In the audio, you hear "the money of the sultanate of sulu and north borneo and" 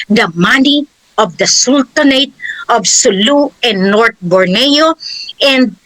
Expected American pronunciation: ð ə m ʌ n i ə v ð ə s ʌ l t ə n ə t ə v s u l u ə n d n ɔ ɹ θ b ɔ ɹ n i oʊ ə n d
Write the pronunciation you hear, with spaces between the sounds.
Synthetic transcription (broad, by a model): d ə m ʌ n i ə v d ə s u l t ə n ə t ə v s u l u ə n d n ɔ ɹ t b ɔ ɹ n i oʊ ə n d